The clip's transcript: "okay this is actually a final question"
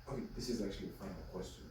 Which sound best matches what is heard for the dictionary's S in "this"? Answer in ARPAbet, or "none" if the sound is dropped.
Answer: S